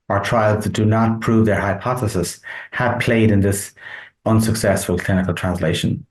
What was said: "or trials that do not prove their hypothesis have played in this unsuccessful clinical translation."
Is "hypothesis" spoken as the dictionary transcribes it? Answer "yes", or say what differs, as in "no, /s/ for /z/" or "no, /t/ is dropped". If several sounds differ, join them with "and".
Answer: yes